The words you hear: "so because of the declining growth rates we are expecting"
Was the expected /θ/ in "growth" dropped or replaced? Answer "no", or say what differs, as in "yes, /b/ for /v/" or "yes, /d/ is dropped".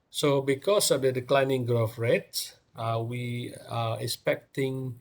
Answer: yes, /f/ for /θ/